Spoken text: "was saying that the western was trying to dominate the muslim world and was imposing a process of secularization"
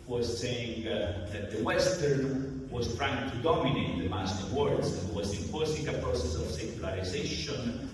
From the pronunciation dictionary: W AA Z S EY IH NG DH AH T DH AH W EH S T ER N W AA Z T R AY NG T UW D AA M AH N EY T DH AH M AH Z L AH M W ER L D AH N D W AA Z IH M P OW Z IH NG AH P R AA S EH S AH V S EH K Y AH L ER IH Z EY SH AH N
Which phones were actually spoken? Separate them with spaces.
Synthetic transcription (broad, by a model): W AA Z S EY IH NG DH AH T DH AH W EH S T ER N W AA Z T R AY NG T UW D AA M AH N EY T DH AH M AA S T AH W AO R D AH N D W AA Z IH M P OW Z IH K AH P R AA S EH S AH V S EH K Y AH L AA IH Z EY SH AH N